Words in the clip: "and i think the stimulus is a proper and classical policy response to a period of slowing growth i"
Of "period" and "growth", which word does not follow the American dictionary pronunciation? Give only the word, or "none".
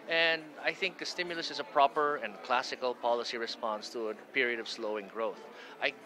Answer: none